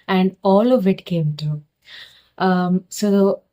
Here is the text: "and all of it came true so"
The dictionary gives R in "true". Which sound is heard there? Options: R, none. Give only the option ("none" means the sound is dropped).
none